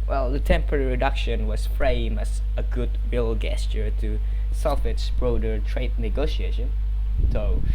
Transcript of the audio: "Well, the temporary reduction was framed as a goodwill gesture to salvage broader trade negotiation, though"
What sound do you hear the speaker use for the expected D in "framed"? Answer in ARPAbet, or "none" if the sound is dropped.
none